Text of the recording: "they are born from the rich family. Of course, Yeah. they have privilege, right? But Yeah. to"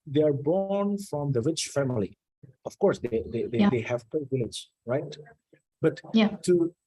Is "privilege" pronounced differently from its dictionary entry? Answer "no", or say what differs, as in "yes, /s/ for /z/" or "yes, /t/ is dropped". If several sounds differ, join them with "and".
yes, /ɹ/ is dropped